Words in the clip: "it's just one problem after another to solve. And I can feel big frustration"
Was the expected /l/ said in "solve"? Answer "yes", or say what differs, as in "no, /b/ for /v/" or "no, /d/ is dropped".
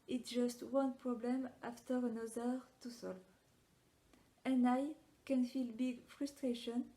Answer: yes